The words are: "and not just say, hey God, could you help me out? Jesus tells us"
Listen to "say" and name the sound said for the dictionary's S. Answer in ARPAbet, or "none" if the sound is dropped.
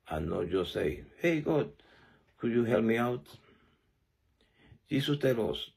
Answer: S